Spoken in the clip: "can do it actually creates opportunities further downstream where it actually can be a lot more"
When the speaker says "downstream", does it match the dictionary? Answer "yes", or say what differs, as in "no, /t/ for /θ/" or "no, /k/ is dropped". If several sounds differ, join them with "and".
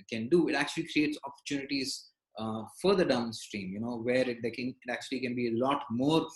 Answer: yes